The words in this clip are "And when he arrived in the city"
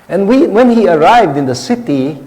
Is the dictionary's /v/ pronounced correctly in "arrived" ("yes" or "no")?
yes